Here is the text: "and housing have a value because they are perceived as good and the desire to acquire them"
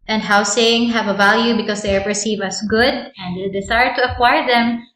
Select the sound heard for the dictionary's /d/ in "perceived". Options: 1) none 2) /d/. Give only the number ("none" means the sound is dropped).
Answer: 1